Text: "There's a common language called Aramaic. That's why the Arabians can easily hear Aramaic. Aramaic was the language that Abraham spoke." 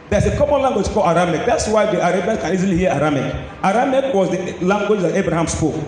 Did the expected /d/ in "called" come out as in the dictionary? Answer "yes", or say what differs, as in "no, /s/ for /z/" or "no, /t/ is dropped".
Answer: no, /d/ is dropped